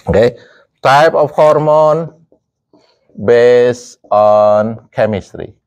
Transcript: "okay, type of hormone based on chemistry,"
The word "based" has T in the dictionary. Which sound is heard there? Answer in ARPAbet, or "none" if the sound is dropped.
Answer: none